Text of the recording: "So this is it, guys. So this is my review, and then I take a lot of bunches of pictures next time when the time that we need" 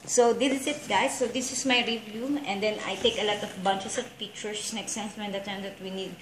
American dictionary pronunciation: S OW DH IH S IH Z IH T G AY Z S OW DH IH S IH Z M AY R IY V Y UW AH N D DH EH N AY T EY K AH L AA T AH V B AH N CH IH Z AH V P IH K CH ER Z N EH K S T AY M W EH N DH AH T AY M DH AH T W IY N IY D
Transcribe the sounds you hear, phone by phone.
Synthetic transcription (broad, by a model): S OW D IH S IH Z IH T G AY S OW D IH S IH S M AY R IY V Y UW AH N D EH N AY T EY K AH L AA T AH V B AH N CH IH S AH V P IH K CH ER S N EH K S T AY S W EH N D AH T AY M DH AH T W IY N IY D